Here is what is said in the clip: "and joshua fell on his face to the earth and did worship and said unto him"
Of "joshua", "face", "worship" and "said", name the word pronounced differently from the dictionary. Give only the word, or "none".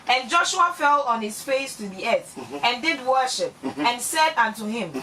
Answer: none